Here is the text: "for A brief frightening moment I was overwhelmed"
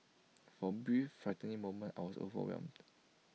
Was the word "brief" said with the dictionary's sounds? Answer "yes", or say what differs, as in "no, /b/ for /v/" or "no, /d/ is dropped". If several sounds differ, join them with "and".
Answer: no, /ɹ/ is dropped